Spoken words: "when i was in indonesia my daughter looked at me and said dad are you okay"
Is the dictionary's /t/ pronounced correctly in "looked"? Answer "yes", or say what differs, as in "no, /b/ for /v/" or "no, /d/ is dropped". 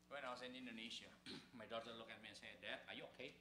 no, /t/ is dropped